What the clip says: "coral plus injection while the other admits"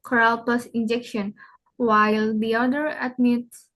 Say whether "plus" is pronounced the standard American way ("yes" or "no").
no